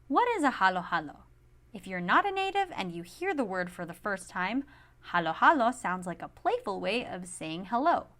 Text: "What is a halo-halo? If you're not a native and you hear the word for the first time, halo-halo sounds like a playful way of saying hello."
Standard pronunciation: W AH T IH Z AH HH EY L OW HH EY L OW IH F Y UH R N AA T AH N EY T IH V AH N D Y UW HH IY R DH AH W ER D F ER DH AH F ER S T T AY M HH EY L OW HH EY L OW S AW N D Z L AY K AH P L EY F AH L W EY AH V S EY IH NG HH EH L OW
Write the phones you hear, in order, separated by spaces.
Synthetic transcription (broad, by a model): W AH T IH Z AH HH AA L OW HH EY L OW IH F Y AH R N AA T AH N EY T IH V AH N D Y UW HH IY R DH AH W ER D F ER DH AH F ER S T T AY M HH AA L OW HH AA L OW S AW N D Z L AY K AH P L EY F L W EY AH V S EY IH NG HH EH L OW